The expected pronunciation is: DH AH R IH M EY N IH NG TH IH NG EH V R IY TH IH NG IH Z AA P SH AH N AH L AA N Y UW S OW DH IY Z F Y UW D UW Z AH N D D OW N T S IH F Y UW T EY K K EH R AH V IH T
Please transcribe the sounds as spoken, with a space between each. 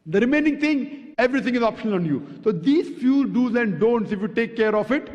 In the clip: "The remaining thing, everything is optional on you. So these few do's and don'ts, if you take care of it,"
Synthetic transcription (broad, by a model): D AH R IH M EY N IH NG T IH NG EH V R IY T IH NG IH Z AA P SH AH N AH L AA N Y UW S OW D IY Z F Y UW D UW Z AH N D D OW N T S IH F Y UW T EY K K EH R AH F IH T